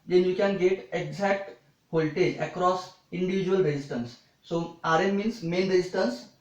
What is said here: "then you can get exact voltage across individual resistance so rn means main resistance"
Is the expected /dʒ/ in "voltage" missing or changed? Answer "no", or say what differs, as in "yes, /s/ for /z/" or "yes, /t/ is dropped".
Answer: yes, /dʒ/ is dropped